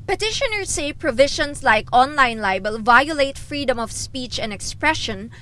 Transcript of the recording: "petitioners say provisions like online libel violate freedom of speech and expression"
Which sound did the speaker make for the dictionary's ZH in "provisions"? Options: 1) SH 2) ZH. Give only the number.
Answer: 1